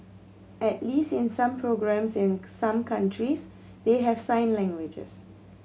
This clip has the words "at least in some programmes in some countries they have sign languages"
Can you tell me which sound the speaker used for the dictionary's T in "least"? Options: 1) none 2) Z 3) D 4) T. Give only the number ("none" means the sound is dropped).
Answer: 4